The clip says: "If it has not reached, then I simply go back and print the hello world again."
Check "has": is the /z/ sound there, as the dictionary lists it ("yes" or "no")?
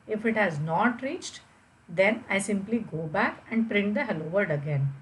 yes